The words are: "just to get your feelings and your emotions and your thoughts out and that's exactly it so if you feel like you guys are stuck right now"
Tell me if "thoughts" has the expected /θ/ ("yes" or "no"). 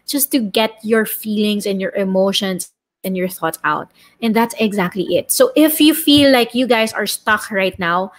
yes